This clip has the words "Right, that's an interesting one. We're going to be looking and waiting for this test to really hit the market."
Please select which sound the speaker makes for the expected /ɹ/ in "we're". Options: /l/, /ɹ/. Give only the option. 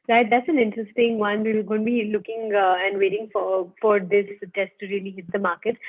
/l/